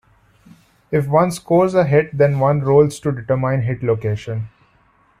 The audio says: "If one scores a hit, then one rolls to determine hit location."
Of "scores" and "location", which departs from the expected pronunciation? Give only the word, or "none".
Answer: none